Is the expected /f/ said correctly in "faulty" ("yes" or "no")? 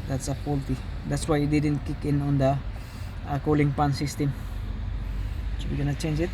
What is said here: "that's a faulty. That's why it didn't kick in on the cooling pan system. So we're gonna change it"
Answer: no